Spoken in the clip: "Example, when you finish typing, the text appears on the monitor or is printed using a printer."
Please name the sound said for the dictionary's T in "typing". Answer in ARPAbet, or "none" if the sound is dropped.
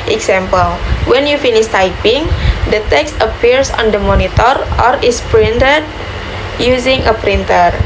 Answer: T